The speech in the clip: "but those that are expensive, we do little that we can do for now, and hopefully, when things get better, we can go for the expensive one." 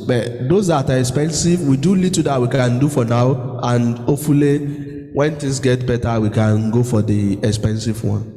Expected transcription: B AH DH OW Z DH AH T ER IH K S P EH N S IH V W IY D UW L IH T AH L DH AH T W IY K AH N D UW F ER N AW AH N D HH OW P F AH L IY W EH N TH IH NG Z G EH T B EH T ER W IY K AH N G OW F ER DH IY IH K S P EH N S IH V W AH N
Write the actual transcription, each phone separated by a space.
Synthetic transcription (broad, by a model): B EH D OW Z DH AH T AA IH K S P EH N S IH V W IY D UW L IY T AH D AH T W IY K AH N D UW F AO N AW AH N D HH OW F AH L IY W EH N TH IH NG S G EH T B EH T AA W IY K AH N G OW F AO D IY IH K S P EH N S IH V W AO N